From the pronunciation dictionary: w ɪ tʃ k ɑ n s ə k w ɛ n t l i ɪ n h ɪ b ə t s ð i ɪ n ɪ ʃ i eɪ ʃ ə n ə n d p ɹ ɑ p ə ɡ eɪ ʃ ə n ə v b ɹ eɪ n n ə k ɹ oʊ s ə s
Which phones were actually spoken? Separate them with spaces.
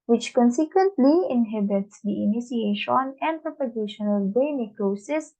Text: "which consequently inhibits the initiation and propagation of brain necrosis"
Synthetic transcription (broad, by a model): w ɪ tʃ k ɑ n s ə k w ɛ n t l i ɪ n h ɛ b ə t s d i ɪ n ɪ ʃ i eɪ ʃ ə n ə n d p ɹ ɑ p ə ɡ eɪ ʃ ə n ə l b eɪ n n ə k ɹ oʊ s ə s